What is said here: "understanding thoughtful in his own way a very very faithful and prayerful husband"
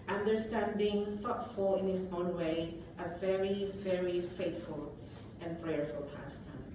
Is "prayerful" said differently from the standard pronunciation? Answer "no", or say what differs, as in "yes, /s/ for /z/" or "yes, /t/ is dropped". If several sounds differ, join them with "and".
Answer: no